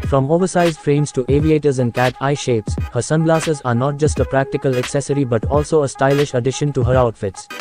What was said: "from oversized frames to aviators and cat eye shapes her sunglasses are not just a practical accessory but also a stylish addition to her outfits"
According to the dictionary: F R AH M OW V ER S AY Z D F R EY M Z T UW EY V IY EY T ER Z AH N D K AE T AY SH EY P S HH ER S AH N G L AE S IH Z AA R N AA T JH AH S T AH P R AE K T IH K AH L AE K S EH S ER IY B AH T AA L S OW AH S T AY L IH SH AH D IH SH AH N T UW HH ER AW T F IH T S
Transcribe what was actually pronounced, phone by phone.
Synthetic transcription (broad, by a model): F R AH M OW V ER S AY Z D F R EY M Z T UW EY V IY EY T ER Z AH N D K AE T AY SH EY P S HH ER S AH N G L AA S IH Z AA R N AA T JH AH S T AH P R AE K T IH K AH L AE K S EH S ER IY B AH T AA L S OW AH S T AY L IH SH AH D IH SH AH N T UW HH ER AW T F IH T S